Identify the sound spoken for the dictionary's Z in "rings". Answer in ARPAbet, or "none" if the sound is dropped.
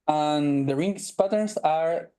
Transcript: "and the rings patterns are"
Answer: S